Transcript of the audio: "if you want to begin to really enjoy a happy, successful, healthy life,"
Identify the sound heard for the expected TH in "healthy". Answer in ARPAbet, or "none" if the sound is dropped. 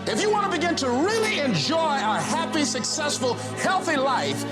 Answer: TH